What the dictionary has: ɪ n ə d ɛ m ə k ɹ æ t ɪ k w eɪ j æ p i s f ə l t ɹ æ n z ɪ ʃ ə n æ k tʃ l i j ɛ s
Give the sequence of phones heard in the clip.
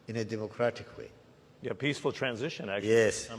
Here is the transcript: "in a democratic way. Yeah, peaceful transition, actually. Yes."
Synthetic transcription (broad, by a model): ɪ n ə d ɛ m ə k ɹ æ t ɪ k w eɪ j æ p i s f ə l t ɹ æ n z ɪ ʃ ə n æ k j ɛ s